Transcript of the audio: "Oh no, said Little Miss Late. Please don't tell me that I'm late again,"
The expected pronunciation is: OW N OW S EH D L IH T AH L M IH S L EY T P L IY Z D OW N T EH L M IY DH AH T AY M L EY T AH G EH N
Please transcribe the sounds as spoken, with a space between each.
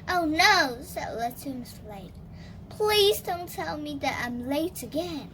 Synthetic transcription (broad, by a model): OW N OW S EH D L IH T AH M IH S L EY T P L IY Z D OW N T EH L M IY DH AH T AY M L EY T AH G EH N